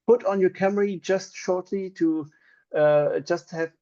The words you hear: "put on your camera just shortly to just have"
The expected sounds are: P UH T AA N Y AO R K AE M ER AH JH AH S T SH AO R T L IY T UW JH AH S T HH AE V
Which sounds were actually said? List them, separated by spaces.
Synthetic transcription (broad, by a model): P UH T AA N Y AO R K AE M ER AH JH AH S T SH AO R T L IY T UW JH AH S T HH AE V